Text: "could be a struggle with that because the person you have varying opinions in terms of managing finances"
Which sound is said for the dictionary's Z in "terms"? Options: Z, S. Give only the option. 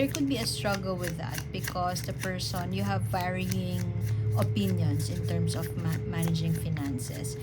S